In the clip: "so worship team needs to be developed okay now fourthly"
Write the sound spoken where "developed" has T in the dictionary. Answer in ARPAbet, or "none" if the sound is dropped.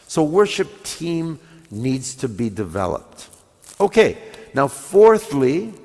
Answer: T